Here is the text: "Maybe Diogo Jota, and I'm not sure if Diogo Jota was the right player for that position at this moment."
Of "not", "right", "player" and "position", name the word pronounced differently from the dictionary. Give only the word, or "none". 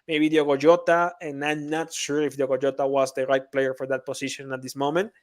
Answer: position